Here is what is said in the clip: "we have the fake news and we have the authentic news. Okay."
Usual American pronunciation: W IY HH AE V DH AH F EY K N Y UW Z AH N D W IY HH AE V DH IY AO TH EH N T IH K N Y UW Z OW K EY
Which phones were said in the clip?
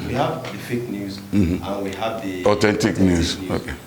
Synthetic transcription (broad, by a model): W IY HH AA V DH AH F EY K N Y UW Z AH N W IY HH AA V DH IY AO T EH N T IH K N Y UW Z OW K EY